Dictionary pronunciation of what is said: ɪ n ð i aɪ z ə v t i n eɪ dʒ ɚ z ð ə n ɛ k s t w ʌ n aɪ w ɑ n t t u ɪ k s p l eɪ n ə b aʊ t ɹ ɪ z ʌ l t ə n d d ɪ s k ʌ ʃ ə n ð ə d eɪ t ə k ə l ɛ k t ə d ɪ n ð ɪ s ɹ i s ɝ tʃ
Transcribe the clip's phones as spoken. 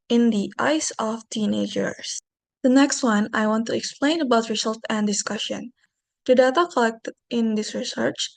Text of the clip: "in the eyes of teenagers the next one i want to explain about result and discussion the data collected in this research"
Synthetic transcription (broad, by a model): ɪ n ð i aɪ s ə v t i n eɪ dʒ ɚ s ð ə n ɛ k s t w ʌ n aɪ w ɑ n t t u ɪ k s p l eɪ n ə b aʊ t ɹ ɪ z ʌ l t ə n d d ɪ s k ʌ ʃ ə n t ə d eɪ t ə k ə l ɛ k t ə d ɪ n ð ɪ s ɹ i s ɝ tʃ